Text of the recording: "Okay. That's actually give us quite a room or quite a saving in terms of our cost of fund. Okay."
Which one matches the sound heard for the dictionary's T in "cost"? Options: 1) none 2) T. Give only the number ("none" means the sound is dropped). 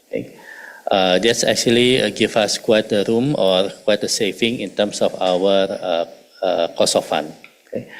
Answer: 1